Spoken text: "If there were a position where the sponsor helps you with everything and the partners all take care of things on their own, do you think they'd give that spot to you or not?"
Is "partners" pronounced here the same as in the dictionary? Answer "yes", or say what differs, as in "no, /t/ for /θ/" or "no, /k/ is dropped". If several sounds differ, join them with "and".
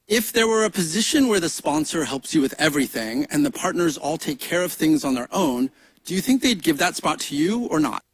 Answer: yes